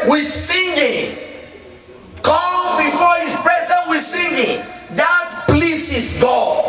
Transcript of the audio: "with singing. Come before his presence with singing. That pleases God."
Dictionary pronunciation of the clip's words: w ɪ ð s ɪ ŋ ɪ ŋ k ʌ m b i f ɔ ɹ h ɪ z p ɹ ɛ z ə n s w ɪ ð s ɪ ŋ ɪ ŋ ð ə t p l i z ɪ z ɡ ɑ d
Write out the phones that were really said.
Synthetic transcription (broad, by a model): w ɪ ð s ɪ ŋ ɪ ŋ k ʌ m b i f ɔ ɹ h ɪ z p ɹ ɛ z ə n w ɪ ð s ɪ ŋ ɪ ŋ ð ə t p l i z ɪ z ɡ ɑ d